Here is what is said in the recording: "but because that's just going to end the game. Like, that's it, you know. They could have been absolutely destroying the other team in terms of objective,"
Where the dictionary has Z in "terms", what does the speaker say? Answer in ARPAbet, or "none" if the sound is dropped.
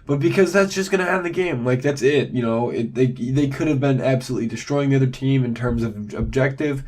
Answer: Z